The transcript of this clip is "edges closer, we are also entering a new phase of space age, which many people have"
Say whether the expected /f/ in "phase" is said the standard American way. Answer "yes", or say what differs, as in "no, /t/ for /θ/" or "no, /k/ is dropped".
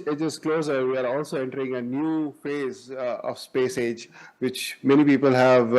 yes